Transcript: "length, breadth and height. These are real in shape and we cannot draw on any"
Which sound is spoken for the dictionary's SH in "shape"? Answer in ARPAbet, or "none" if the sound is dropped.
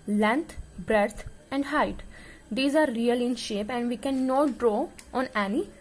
SH